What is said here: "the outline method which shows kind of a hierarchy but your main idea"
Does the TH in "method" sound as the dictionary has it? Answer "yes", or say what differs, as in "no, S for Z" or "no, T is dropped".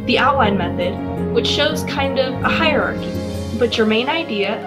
yes